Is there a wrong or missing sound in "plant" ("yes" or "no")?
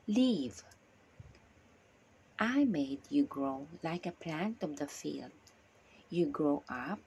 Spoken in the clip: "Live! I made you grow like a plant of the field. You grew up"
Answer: no